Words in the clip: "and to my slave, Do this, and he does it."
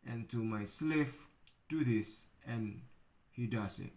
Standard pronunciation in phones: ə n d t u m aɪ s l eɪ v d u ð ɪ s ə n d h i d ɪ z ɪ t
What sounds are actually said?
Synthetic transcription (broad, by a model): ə n t u m aɪ s l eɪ f d u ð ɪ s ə n h i d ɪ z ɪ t